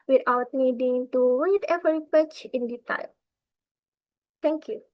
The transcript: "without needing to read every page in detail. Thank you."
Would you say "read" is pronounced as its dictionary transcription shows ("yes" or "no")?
no